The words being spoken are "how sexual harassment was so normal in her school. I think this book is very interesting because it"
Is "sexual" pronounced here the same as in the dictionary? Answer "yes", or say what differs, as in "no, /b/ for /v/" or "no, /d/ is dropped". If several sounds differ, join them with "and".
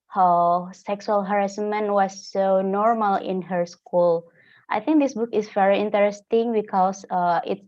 no, /s/ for /ʃ/